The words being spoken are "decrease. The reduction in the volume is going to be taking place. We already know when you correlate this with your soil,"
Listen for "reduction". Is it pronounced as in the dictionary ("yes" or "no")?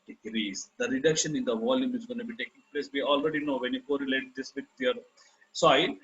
yes